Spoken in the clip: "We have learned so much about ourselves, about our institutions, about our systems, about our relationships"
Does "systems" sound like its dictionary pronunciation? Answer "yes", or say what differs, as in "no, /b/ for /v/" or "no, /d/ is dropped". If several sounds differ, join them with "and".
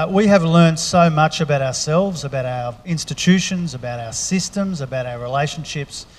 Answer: yes